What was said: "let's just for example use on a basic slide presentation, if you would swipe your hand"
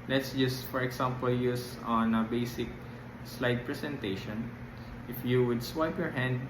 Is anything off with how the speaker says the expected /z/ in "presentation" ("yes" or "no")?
yes